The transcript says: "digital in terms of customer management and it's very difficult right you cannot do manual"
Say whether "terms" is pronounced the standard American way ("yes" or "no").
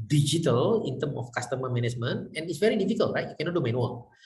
no